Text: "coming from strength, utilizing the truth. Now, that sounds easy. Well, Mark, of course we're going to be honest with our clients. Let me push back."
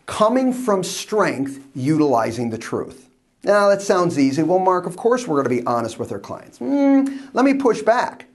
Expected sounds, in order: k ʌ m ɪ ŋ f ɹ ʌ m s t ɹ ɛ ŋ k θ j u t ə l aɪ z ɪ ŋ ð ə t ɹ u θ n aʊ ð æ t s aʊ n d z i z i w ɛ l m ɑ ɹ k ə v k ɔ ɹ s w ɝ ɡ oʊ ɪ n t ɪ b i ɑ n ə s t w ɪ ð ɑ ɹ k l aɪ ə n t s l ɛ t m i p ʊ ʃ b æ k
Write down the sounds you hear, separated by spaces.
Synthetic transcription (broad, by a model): k ʌ m ɪ ŋ f ɹ ʌ m s t ɹ ɛ ŋ k θ j u t ə l aɪ z ɪ ŋ ð ə t ɹ u θ n aʊ ð æ t s aʊ n d z i z i w ɛ l m ɑ ɹ k ə v k ɔ ɹ s w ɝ ɡ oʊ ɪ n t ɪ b i ɑ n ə s t w ɪ ð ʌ ɹ k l aɪ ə n t s l ɛ t m i p ʊ ʃ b æ k